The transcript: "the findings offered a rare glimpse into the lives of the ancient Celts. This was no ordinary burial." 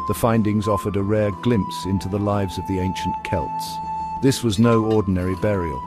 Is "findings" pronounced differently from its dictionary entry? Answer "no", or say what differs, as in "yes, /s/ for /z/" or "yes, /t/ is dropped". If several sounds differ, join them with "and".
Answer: no